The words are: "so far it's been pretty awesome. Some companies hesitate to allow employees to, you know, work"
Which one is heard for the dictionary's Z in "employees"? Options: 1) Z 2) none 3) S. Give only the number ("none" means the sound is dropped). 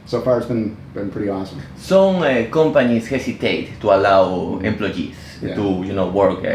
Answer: 3